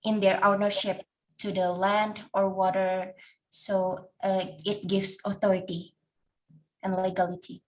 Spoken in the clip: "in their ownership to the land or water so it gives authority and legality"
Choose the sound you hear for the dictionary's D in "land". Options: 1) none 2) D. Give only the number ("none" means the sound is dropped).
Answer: 2